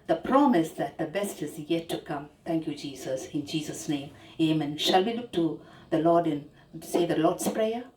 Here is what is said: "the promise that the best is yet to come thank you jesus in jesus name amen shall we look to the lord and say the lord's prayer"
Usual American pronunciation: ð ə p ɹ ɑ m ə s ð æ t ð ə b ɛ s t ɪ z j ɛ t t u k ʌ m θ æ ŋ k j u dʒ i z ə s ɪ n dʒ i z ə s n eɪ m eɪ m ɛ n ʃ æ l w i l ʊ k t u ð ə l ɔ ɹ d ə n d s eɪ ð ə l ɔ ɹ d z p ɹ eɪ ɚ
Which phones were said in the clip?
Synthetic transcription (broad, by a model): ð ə p ɹ ɑ m ə s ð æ t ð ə b ɛ s t ɪ z j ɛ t t u k ʌ m t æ ŋ k j u dʒ i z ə s ɪ n dʒ i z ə s n eɪ m eɪ m ɛ n ʃ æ l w i l ʊ k t u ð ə l ɔ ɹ d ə n s eɪ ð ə l ɔ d s p ɹ eɪ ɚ